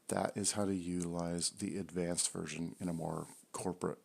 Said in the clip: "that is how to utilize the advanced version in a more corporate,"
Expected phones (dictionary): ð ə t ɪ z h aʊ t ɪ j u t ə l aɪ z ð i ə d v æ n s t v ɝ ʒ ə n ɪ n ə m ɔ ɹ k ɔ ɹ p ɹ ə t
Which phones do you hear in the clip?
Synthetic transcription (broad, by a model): ð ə t ɪ z h aʊ t ɪ j u t ə l aɪ z ð i ə d v æ n s t v ɝ ʒ ə n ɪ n ə m ɔ ɹ k ɔ ɹ p ɹ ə t